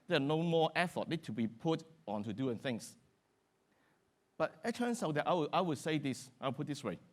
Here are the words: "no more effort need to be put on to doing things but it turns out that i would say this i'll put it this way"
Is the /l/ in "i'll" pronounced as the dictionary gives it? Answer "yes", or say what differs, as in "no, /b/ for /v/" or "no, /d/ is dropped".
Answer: no, /w/ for /l/